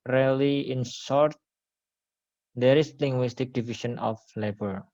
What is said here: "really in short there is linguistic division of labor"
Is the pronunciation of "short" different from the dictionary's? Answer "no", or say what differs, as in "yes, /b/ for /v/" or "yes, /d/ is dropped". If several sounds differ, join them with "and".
yes, /s/ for /ʃ/